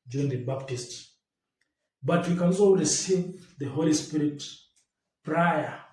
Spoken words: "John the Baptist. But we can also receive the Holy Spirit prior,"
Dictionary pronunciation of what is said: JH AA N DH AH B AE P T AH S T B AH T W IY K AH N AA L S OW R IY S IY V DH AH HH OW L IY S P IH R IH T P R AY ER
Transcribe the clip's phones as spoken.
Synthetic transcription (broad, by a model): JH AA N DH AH B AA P T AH S T B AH T W IY K AH N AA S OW L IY S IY DH AH HH OW L IY S P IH R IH T P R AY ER